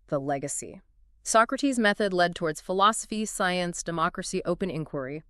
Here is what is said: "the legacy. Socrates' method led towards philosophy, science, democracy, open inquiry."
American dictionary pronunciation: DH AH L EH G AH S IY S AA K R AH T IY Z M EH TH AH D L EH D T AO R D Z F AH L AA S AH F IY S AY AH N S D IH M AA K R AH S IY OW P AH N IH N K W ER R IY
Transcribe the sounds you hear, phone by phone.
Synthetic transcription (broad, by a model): DH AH L EH G AH S IY S AA K R AH T IY Z M EH TH AH D L EH D T AO R D Z F AH L AA S AH F IY S AY AH N S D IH M AA K R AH S IY OW P AH N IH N K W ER R IY